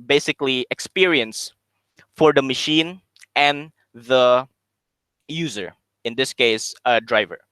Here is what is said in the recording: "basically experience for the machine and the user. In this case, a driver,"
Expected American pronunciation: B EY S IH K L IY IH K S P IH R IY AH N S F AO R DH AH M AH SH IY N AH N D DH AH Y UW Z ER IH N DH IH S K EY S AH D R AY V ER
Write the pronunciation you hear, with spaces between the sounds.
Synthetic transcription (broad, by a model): B EY S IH K L IY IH K S P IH R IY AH N S F AO R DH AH M AH SH IY N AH N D DH AH Y UW Z ER IH N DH IH S K EY S AH D R AY V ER